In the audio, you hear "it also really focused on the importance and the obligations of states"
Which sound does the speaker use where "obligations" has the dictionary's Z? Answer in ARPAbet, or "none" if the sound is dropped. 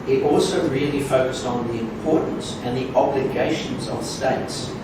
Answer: Z